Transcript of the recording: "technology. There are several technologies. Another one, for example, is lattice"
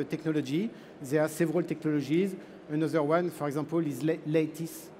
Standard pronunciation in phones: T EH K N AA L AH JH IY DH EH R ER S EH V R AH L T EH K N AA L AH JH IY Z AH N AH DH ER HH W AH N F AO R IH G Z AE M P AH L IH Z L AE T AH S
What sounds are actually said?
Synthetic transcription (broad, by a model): T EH K N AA L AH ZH IY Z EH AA S EH V R AH L T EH K N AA L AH ZH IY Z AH N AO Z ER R W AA N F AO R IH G Z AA P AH L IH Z L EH T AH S